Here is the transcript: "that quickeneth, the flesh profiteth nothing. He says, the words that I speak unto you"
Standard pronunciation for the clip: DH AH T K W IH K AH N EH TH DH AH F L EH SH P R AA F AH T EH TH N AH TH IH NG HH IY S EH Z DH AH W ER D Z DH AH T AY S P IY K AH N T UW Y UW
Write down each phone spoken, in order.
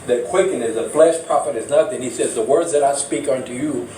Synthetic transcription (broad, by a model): DH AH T K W IH K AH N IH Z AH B L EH S P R AA F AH T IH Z N AH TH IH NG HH IY S EH Z DH AH W ER D Z DH AH T AY S P IY K AH N T UW Y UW